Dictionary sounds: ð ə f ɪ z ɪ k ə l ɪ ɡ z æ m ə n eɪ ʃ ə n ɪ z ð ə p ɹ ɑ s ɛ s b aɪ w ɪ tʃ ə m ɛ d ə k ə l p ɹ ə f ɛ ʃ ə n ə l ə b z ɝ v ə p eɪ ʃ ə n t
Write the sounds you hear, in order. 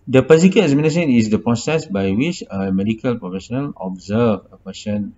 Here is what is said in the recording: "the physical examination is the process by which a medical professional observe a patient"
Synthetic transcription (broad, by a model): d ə p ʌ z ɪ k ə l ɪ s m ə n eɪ s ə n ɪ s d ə p ɹ ɑ s ɛ s b aɪ w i tʃ ə m ɛ d ə k ə l p ɹ ə f ɛ ʃ ə n ə l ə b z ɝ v ə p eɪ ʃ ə n